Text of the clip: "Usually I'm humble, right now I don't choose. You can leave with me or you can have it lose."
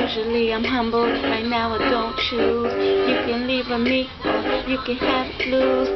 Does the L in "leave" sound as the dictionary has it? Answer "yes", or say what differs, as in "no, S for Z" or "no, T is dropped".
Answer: yes